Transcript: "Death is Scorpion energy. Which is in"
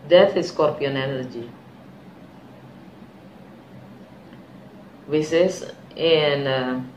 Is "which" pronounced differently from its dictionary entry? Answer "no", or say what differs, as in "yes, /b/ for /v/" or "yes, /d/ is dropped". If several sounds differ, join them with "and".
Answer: yes, /s/ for /tʃ/